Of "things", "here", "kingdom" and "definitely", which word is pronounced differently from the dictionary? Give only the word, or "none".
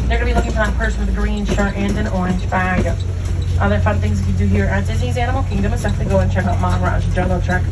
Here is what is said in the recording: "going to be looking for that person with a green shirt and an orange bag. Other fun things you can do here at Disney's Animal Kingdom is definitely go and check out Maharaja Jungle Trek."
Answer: definitely